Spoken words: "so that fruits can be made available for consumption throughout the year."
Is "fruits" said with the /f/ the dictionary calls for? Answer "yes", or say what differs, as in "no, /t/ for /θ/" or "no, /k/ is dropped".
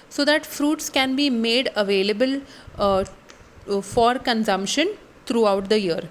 yes